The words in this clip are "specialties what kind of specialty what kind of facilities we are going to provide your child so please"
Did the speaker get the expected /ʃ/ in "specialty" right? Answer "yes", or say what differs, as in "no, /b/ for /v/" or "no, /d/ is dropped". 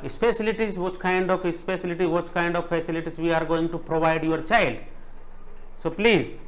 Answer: no, /s/ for /ʃ/